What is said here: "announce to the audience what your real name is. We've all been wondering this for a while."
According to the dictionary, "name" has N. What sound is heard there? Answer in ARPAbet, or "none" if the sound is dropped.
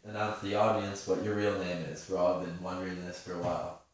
N